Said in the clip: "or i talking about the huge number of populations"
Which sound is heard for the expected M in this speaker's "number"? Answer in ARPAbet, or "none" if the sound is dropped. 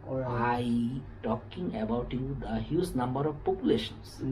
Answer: M